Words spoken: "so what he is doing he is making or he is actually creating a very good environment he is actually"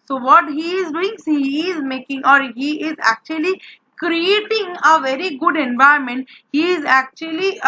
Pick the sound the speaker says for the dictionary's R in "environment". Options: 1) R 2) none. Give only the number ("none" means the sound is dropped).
2